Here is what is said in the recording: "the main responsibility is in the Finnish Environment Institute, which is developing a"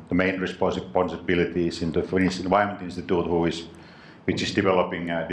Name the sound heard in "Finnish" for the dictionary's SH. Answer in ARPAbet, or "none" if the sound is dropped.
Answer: S